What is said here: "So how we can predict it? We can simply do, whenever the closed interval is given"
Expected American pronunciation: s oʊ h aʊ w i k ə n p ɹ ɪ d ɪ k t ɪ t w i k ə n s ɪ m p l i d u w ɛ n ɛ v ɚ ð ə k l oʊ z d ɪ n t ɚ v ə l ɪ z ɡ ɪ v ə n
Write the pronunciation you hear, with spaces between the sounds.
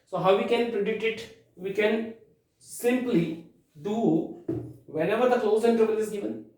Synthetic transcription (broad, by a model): s oʊ h aʊ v i k ə n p ɹ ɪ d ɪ k t ɪ t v i k ə n s ɪ m p l i d u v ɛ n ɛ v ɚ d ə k l oʊ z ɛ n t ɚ b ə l ɪ z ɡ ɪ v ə n